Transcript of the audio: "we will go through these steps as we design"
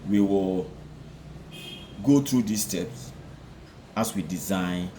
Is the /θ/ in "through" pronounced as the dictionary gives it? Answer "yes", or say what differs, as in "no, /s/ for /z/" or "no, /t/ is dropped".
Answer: no, /t/ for /θ/